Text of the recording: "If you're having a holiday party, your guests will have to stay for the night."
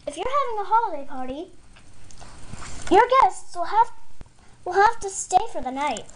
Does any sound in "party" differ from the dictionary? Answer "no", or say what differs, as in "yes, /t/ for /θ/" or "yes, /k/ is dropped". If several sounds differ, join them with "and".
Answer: no